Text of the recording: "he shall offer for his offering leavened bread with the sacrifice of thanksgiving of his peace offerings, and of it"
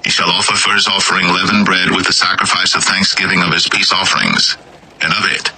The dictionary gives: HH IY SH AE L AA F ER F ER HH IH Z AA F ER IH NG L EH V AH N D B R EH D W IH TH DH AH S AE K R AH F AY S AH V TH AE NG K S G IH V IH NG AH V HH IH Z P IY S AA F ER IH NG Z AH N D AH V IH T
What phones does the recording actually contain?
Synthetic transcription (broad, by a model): HH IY SH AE L AA F ER F ER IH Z AA F ER IH NG L EH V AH N B R EH D W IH DH AH S AE K R AH F AY S AH V TH AE NG K S G IH V IH NG AH V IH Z P IY S AA F ER IH NG Z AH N AH V IH T